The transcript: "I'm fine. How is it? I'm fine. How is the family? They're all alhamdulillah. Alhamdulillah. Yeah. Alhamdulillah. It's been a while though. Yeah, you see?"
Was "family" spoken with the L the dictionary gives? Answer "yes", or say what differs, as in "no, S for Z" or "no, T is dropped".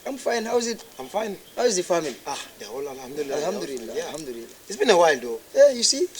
no, N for L